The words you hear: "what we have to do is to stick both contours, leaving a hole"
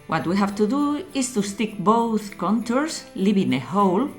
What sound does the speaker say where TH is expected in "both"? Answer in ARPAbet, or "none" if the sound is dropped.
TH